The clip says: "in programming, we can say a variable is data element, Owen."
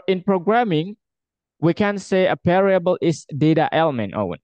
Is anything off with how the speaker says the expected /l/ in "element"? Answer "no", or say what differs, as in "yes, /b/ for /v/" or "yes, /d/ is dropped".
no